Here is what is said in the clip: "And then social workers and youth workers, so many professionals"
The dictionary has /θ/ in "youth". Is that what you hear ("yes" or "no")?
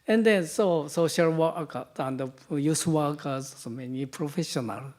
no